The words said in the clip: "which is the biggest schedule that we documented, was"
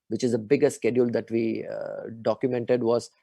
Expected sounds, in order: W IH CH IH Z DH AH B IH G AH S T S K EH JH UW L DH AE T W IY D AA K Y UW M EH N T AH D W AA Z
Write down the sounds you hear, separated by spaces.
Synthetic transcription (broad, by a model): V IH CH IH Z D AH B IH G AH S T S K EH JH UW L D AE T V IY D AA K Y UW M EH N T AH D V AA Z